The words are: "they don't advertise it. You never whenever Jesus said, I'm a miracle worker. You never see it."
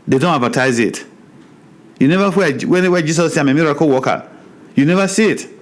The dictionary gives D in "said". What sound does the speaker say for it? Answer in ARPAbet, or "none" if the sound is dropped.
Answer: none